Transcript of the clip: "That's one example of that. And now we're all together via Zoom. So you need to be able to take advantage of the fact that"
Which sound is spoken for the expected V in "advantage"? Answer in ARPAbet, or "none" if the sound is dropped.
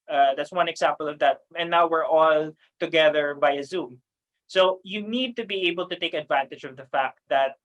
V